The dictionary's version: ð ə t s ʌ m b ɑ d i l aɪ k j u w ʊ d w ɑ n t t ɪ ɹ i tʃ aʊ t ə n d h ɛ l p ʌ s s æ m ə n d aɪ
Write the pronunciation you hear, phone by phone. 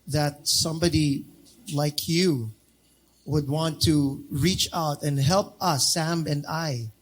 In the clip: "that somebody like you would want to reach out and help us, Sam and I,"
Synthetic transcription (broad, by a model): ð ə t s ʌ m b ɑ d i l aɪ k j u w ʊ d w ɑ n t t ɪ ɹ i tʃ aʊ t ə n h ɛ l p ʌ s s æ m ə n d aɪ